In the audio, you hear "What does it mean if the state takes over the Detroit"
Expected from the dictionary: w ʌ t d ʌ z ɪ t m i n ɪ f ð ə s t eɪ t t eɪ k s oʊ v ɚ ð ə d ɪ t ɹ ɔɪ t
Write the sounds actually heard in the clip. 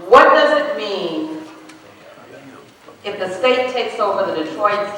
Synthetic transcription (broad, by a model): w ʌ t d ʌ z ɪ t m i n ɪ f ð ə s t eɪ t t eɪ k s oʊ v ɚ ð ə d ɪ t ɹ ɔɪ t